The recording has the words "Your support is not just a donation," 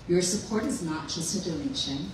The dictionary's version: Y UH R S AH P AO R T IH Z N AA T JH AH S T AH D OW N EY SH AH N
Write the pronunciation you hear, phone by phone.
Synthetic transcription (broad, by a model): Y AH R S AH P AO R T IH Z N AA T JH AH S T AH D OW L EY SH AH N